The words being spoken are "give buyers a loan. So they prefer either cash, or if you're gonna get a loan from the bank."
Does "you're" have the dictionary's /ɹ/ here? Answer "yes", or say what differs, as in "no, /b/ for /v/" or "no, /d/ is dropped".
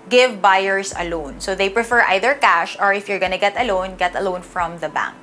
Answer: yes